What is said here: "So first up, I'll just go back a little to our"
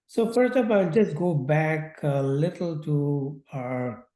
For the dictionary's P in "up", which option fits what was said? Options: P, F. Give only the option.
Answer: F